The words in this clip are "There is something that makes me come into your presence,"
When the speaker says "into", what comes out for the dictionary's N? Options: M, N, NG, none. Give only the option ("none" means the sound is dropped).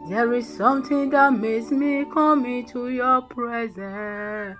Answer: N